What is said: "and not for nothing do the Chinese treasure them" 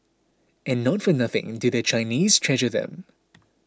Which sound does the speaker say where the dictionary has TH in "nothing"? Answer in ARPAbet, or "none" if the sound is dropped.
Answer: TH